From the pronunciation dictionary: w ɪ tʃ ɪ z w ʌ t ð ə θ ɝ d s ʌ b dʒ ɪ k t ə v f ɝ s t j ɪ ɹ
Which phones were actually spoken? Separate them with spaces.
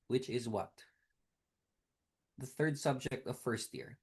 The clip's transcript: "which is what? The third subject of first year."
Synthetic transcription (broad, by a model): w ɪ tʃ ɪ z w ʌ t ð ə θ ɝ d s ʌ b dʒ ɪ k t ə v f ɝ s t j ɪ ɹ